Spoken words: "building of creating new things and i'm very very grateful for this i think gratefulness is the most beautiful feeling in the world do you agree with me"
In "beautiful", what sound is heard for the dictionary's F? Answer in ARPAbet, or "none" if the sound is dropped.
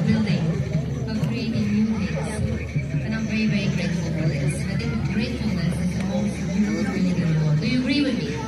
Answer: none